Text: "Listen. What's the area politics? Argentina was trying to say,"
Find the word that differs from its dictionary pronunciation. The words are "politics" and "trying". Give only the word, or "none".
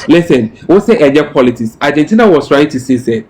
none